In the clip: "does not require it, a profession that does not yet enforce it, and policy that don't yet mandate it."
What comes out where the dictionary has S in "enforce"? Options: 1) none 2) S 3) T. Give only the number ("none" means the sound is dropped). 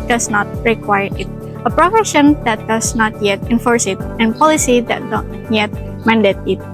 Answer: 2